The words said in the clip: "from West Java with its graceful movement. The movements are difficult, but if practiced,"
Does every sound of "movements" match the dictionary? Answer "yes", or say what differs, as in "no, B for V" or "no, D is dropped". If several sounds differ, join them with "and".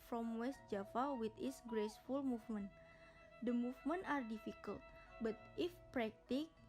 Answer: no, S is dropped